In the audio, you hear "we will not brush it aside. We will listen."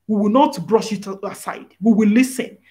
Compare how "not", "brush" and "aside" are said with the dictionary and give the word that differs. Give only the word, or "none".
none